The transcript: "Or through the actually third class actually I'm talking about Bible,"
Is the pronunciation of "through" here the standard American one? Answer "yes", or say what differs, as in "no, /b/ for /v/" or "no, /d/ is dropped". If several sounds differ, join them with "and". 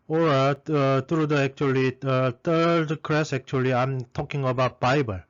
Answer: no, /t/ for /θ/